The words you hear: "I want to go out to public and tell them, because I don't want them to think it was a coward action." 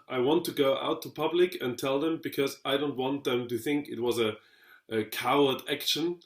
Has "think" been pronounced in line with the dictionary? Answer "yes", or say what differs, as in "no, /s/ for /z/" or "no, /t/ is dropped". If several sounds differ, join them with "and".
yes